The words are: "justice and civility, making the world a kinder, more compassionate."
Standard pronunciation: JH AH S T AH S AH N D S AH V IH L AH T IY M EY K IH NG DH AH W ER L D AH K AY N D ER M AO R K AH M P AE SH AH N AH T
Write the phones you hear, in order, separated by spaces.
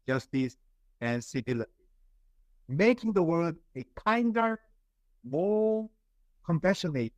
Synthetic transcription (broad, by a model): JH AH S T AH S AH N S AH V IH L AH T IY M EY K IH NG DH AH W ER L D AH K AY N D ER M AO L K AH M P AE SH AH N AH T